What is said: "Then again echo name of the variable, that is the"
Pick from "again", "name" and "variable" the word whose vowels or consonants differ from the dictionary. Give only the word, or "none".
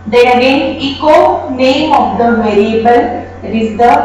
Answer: none